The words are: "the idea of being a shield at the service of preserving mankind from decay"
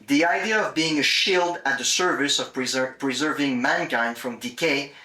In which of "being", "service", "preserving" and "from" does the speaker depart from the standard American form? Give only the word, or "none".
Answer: none